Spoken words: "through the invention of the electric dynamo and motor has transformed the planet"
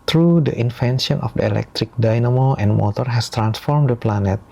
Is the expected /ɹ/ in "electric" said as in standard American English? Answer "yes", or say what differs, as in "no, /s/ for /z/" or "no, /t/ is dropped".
yes